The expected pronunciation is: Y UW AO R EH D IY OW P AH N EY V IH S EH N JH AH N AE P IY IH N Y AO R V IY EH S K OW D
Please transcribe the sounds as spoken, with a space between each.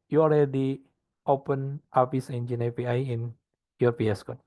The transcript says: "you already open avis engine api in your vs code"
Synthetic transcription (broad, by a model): Y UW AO L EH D IY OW P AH N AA P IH S EH N JH AH N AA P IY IH N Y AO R P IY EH S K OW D